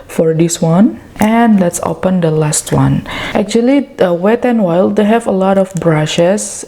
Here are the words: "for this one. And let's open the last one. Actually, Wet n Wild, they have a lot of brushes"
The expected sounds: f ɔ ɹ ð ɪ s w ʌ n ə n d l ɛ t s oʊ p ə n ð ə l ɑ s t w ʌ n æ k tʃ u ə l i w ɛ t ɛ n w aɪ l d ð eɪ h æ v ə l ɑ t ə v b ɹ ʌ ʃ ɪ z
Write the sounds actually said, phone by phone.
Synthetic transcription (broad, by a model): f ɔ ɹ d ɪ s w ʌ n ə n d l ɛ t s oʊ p ə n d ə l ɑ s t w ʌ n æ k tʃ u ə l i w ɛ t ɛ n w aɪ l d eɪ h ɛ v ə l ɑ t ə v b ɹ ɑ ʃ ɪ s